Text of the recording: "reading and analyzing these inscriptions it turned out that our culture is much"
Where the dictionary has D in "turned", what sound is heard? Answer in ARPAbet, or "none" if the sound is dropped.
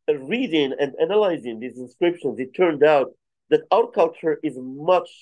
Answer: D